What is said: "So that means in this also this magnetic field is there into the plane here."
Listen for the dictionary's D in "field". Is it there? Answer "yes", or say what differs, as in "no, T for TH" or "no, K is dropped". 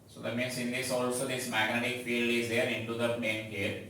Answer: yes